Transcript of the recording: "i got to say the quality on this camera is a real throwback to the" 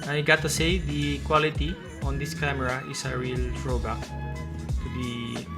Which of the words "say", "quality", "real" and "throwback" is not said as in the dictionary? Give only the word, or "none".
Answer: throwback